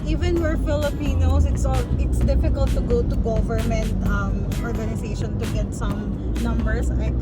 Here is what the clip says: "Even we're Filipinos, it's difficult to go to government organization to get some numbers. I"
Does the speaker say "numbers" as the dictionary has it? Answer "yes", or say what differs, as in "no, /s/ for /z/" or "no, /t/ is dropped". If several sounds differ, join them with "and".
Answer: no, /s/ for /z/